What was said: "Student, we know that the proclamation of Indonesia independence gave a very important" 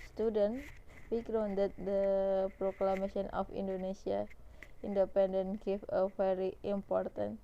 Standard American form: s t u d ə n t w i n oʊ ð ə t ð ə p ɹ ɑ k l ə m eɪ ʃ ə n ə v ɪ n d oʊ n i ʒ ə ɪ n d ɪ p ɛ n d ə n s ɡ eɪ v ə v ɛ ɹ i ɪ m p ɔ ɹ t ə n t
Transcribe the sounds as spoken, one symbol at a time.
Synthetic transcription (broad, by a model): s t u d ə n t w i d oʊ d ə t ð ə p ɹ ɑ k l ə m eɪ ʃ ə n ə f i n d oʊ n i s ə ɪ n d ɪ p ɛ n d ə n ɡ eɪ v ə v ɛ ɹ i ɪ m p ɔ ɹ t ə n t